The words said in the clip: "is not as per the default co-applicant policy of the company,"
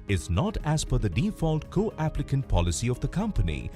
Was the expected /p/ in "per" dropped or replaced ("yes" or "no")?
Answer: yes